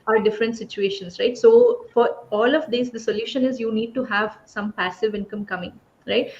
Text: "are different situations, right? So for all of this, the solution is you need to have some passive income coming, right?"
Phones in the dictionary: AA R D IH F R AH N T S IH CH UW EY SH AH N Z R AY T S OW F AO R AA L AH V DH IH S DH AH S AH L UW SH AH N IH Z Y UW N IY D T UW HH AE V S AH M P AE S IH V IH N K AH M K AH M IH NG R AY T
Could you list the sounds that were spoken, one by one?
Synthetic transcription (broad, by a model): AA R D IH F R AH N T S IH CH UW EY SH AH N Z R AY T S OW F AO R AA L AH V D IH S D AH S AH L UW SH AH N IH Z Y UW N IY D T UW HH AE V S AH M P AE S IH V IH N K AH M K AH M IH NG R AY T